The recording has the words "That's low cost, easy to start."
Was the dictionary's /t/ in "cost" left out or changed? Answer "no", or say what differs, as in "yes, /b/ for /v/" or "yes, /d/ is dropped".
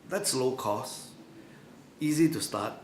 yes, /t/ is dropped